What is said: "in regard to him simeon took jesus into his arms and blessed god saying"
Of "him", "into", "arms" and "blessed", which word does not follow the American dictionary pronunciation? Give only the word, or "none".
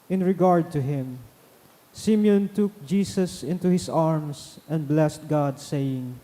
arms